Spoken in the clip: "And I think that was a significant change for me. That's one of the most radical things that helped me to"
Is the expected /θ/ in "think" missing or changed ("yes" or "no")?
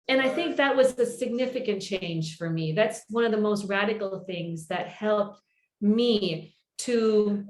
no